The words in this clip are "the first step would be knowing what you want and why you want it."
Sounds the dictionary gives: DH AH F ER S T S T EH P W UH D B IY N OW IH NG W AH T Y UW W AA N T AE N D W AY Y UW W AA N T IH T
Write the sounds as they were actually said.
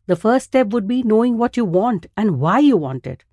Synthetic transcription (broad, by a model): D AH F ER T S T EH P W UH D B IY N OW IH NG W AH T Y UW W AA N T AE N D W AY Y UW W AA N T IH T